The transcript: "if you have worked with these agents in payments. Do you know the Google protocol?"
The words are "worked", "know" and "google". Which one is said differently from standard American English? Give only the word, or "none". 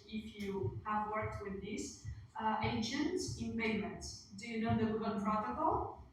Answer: google